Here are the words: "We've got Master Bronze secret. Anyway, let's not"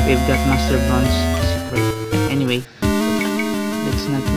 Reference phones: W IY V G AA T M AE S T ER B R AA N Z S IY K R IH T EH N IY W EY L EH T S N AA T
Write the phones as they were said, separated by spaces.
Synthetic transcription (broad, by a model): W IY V G AA T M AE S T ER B AA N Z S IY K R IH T EH N IY W EY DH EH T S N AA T